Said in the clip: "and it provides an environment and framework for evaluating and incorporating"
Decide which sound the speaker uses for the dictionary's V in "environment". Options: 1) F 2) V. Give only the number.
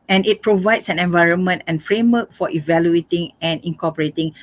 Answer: 2